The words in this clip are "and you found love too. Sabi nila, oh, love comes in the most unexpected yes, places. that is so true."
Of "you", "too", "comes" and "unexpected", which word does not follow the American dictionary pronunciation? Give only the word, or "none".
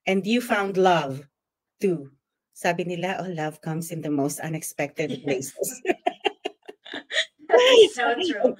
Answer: comes